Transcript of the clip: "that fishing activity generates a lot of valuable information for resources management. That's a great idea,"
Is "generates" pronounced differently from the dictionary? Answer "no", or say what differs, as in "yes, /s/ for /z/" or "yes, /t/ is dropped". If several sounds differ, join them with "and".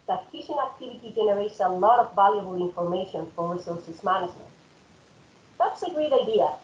no